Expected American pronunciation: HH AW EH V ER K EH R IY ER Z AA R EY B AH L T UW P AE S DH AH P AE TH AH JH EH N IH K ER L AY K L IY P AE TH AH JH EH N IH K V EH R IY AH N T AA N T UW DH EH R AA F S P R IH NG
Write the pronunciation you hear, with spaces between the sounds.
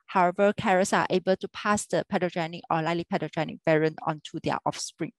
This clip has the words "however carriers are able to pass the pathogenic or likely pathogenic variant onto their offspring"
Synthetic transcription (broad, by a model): HH AW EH V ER K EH R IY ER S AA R EY B AH L T UW P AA S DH AH P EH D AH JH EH N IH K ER L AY L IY P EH T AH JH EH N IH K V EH R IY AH N AA N T UW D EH AA F S P R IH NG